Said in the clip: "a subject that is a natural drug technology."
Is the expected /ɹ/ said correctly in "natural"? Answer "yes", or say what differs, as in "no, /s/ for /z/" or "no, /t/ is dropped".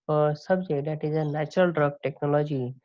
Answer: yes